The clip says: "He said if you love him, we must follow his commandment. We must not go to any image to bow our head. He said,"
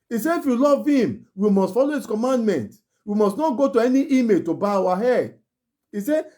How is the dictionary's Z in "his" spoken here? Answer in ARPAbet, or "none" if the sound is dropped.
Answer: S